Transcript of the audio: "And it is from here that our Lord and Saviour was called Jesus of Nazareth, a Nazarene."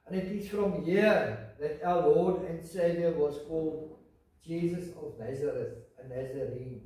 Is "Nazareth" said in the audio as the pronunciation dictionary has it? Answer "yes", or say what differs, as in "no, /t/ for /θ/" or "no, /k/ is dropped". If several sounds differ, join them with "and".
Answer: yes